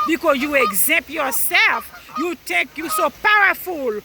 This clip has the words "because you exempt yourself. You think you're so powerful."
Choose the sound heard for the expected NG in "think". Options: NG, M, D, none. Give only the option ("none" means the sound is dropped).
none